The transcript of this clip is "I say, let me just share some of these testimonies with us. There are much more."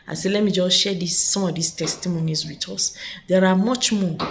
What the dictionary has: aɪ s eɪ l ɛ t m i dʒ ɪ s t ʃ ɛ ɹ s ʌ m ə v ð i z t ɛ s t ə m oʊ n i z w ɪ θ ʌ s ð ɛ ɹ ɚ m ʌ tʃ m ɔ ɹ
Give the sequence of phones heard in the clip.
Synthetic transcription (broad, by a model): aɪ s eɪ l ɛ t m i dʒ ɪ s ʃ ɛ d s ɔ m ə v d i s t ɛ s t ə m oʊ n i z w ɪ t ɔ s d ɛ ɹ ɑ m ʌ tʃ m ɔ